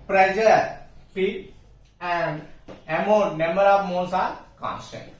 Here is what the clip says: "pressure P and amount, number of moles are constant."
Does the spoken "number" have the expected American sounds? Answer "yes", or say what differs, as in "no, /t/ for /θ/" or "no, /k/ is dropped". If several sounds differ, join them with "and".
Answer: no, /b/ is dropped